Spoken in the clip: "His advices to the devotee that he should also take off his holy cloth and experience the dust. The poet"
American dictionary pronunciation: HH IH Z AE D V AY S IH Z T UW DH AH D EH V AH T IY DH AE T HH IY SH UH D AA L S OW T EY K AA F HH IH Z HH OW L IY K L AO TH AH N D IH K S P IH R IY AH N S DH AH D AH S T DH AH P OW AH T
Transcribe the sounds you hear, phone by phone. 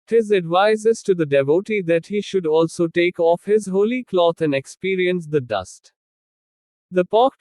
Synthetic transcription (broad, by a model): HH IH Z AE D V AY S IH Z T UW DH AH D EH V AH T IY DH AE T HH IY SH UH D AA L S OW T EY K AA F HH IH Z HH OW L IY K L AO T AH N D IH K S P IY R IY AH N S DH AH D AH S T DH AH P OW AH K